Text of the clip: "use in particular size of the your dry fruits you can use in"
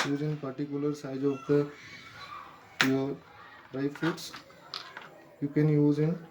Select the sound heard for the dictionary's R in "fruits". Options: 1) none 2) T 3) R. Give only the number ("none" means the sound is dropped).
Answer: 1